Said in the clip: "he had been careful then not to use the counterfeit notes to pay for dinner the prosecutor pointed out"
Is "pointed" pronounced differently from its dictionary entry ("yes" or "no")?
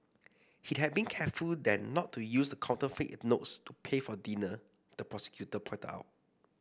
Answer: yes